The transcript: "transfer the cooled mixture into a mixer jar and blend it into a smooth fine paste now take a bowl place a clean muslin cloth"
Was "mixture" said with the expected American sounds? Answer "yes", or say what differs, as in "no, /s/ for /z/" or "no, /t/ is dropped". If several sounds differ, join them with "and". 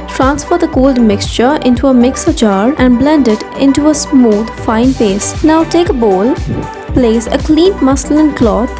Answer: yes